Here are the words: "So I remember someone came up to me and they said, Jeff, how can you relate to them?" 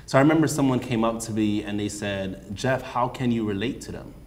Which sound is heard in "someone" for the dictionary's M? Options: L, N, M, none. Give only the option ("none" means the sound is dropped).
M